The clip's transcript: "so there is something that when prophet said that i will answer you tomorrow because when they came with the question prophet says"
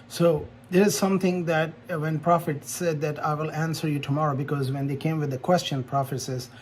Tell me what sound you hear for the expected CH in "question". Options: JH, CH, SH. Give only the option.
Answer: CH